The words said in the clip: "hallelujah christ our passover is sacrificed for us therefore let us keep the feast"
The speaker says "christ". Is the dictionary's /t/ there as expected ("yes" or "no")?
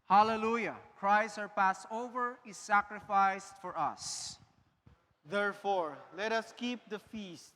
no